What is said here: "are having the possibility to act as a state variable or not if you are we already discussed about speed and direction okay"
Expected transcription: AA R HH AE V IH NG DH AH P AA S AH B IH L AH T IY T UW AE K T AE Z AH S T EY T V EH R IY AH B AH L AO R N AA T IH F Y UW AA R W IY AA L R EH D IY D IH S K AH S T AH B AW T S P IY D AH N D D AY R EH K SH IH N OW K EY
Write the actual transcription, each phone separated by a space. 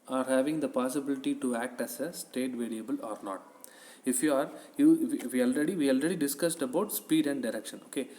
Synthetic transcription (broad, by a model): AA R HH AE V IH NG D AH P AA S AH B IH L AH T IY T UW AE K T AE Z AH S T EY T V EH R IY AH B AH L AO R N AA T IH F Y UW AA R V IY AA L R EH D IY D IH S K AH S T AH B AW T S P IY D AH N D D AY R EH K SH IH N OW K EY